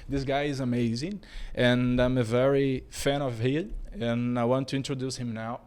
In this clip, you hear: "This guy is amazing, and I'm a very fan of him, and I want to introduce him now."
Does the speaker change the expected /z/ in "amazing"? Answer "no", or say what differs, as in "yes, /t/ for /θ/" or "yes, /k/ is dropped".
no